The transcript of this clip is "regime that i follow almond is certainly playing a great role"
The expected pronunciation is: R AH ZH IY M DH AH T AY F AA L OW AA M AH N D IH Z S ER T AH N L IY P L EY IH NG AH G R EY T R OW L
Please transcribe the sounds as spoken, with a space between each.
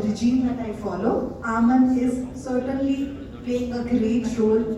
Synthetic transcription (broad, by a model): R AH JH IY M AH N AY F AA L OW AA M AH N IH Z S ER T AH N L IY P EY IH NG AH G R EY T R OW L